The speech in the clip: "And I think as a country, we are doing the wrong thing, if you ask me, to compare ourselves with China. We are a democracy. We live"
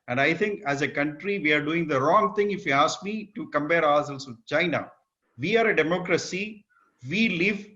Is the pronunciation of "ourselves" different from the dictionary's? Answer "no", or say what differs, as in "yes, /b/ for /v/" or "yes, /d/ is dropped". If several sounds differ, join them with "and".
yes, /l/ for /ɹ/